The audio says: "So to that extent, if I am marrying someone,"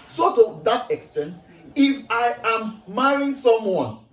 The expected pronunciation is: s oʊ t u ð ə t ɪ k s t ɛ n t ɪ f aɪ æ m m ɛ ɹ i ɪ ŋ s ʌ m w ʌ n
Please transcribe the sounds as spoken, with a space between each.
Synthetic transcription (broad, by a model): s oʊ t u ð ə t ɪ k s t ɛ n t ɪ f aɪ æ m m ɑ ɹ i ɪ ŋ s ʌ m w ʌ n